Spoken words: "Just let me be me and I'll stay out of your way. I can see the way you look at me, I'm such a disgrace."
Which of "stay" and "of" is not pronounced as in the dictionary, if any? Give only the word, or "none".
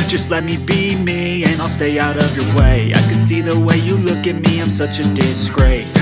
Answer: none